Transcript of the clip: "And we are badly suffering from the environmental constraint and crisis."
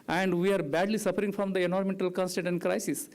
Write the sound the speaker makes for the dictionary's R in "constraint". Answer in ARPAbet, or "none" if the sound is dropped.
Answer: none